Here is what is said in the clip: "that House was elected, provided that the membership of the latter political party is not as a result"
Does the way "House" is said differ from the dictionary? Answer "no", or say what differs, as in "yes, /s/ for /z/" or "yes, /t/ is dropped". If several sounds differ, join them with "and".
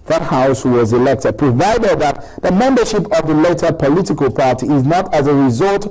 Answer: no